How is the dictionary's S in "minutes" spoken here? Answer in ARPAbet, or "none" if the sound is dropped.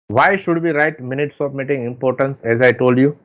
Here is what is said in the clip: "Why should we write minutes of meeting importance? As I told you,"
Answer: S